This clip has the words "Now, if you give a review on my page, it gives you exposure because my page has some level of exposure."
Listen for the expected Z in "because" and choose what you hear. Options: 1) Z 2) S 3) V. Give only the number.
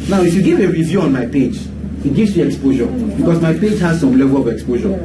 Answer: 2